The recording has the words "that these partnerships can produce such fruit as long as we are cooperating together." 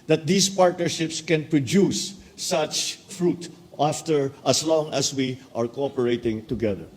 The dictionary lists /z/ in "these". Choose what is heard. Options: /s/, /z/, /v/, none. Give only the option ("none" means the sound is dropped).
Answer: /s/